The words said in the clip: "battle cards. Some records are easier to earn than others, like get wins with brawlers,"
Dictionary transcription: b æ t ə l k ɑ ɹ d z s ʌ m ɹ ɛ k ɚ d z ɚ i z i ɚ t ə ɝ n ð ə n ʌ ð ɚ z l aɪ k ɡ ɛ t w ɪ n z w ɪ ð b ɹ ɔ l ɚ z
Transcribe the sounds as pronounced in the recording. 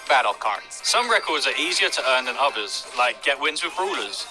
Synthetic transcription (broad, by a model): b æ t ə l k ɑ ɹ s ʌ m ɹ ɛ k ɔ d z ɚ i z i ɚ t ə ɝ n ð ə n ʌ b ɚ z l aɪ k ɡ ɛ t w ɪ n z w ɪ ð ɹ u l ɚ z